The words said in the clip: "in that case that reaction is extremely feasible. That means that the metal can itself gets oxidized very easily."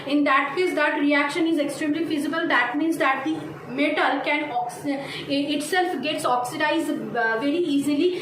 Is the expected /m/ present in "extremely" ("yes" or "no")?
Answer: yes